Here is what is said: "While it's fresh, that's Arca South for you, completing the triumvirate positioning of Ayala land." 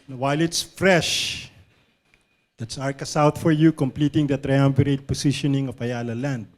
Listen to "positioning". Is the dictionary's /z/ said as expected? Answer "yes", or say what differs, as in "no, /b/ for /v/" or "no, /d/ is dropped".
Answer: no, /s/ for /z/